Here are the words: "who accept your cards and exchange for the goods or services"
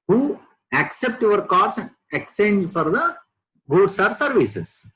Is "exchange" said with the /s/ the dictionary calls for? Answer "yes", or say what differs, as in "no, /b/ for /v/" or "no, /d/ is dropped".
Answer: no, /s/ is dropped